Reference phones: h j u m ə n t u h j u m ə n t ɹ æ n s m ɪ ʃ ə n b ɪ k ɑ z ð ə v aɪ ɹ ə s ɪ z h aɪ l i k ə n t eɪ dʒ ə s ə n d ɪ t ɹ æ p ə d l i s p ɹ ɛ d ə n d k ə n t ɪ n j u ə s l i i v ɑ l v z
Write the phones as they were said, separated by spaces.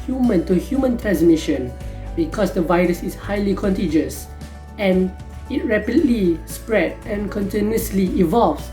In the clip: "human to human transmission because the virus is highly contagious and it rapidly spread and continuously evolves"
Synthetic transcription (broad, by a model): h j u m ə n t u h j u m ə n t ɹ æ n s m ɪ ʃ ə n b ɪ k ɑ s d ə v aɪ ɹ ə s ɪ s h aɪ l i k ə n t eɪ dʒ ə s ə n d ɪ t ɹ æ p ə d l i s p ɹ ɛ d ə n k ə n t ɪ n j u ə s l i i v ɑ l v